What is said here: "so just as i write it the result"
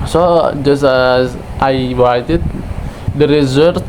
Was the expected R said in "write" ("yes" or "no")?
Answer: no